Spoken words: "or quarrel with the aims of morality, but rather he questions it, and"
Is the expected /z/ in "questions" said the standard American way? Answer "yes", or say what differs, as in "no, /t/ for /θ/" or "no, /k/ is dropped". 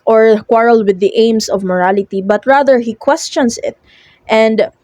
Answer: no, /s/ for /z/